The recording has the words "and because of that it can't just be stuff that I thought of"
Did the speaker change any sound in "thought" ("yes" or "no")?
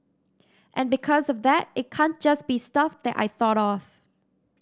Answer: no